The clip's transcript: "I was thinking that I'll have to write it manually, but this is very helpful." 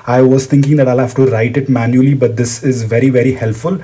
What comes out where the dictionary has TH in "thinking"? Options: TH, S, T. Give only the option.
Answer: T